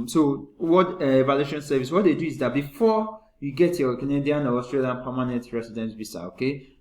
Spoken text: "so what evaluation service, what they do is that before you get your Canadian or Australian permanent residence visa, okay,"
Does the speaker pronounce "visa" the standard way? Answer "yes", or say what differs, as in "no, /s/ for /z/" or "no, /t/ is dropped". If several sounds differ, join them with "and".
no, /b/ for /v/ and /s/ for /z/